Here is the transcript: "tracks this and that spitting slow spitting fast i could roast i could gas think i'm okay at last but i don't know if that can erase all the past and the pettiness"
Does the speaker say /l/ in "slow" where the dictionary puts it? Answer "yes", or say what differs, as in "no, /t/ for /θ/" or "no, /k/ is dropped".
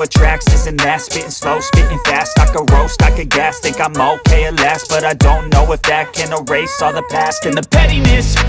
yes